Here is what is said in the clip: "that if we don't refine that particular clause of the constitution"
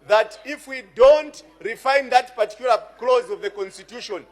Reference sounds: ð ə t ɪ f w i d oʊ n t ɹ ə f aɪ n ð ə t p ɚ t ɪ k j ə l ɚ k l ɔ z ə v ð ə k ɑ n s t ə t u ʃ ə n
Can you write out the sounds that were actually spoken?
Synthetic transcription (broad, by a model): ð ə t ɪ f w i d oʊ n t ɹ ə f aɪ n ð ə t p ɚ t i k j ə l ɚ k l ɔ z ə v ð ə k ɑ n s t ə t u ʃ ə n